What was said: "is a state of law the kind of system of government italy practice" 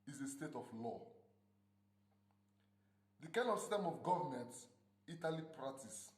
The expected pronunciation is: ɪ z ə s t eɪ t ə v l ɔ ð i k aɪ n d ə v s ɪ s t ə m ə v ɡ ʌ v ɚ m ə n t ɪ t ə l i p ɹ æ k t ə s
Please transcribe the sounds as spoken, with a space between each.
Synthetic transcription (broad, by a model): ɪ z ə s t eɪ t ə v l ɔ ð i k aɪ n ə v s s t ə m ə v ɡ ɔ v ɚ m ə n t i t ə l i p ɹ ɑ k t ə s